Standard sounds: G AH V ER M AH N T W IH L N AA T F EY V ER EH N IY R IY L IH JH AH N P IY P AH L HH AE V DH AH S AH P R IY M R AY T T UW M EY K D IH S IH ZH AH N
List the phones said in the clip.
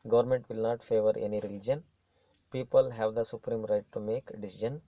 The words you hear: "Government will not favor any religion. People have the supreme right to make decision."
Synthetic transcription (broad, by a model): G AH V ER M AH N T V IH L N AA T F EY V ER EH N IY R IY L IH JH AH N P IY P AH L HH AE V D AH S AH P R IY M R AY T T UW M EY K D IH S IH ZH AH N